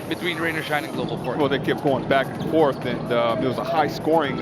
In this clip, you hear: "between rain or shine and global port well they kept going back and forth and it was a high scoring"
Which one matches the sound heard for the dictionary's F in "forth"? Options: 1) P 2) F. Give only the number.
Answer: 2